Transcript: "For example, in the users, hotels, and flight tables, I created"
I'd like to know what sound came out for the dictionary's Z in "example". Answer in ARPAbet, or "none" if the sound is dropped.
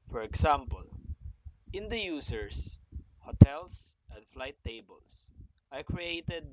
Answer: S